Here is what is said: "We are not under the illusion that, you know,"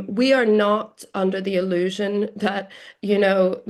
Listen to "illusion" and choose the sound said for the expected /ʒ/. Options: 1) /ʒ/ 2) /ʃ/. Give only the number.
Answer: 1